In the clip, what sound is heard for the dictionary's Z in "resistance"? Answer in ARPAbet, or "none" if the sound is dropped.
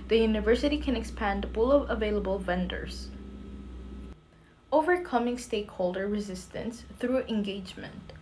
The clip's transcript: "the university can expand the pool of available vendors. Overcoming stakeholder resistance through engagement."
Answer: Z